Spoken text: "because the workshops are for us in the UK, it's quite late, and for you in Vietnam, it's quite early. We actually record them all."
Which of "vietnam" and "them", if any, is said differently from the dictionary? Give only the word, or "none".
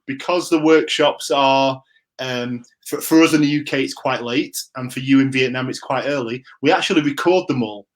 none